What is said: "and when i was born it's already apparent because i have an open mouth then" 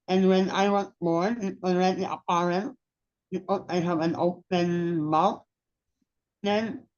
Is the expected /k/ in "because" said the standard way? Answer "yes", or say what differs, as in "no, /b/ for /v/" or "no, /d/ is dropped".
no, /k/ is dropped